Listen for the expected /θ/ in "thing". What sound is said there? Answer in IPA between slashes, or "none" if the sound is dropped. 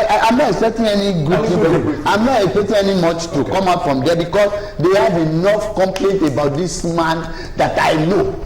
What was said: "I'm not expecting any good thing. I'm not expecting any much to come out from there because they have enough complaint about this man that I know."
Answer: /f/